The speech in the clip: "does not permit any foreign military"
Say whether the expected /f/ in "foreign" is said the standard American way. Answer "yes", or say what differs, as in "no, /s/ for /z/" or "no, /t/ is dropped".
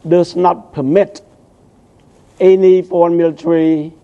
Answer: no, /p/ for /f/